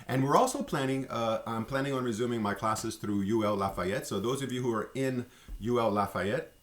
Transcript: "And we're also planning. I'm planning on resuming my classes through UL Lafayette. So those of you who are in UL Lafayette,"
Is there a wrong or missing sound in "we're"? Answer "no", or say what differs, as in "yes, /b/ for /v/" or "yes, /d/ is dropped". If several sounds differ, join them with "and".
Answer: no